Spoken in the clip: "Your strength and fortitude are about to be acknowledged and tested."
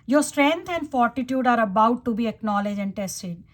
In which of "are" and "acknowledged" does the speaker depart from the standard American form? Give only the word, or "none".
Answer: acknowledged